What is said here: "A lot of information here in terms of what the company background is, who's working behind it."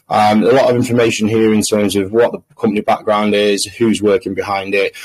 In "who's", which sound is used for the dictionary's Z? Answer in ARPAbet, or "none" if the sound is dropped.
Z